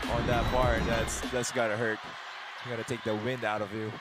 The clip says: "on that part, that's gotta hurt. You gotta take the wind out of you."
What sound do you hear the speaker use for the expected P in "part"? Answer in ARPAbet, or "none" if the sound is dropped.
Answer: B